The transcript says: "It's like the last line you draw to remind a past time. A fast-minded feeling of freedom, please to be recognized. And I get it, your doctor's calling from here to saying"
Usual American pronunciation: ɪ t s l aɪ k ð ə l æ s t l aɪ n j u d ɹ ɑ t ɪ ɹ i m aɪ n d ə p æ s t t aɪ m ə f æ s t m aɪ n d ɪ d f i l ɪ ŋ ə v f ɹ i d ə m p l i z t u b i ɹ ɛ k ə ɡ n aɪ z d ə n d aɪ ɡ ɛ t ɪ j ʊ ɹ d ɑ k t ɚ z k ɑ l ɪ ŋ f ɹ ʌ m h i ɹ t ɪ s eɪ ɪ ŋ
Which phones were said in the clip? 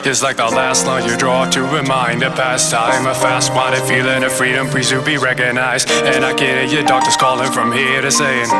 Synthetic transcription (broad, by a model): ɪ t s l aɪ k ð ə l æ s t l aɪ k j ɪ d ɹ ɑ t ɪ ɹ i m aɪ n d ə p æ s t t aɪ m ə f æ s t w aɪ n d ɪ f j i l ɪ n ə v f ɹ i d ə m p i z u b i ɹ ɛ k ə ɡ n aɪ z d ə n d aɪ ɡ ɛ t ɪ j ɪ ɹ d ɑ k t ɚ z k ɑ l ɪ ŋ f ɹ ʌ m h i ɹ t ɪ s eɪ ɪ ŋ